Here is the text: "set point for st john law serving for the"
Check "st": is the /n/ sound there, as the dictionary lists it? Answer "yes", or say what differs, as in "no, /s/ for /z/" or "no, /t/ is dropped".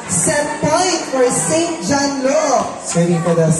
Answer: yes